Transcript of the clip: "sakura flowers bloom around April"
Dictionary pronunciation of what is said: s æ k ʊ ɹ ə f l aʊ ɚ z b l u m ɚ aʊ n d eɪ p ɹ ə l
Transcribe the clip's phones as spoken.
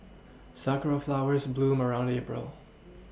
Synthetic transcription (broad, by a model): s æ k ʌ ɹ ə f l aʊ ɚ z b l u m ɚ aʊ n d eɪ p ɹ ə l